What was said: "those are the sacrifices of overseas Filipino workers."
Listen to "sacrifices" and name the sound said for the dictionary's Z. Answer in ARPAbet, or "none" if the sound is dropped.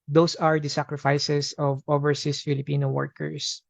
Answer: S